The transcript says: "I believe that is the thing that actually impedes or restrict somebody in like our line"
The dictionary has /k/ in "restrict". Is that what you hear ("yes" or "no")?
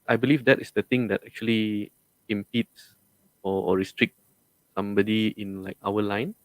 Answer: yes